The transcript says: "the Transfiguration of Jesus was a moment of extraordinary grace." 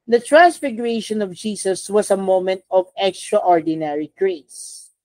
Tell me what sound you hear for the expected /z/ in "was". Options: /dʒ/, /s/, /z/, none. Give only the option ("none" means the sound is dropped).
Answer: /s/